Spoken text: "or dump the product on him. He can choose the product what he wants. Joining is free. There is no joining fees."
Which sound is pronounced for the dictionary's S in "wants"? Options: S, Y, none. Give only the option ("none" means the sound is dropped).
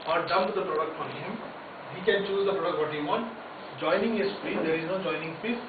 none